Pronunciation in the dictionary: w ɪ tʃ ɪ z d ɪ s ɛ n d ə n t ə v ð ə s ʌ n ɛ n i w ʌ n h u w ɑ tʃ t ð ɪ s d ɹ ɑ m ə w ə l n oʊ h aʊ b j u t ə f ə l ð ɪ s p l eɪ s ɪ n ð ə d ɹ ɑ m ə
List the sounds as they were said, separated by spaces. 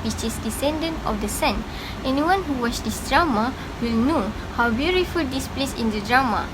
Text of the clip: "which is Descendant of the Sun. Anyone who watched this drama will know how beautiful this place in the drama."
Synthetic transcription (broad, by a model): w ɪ tʃ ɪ s d ɪ s ɛ n d ə n t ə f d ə s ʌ n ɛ n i w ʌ n h u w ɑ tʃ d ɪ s d ɹ ɑ m ə w ə l n oʊ h aʊ b j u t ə f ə l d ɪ s p l eɪ s ɪ n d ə d ɹ ɑ m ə